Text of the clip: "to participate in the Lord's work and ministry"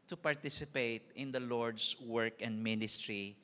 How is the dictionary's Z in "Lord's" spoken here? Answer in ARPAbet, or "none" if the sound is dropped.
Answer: S